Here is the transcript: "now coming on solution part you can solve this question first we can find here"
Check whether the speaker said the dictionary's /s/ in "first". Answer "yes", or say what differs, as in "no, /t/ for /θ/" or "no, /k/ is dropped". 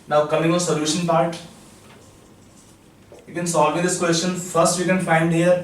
yes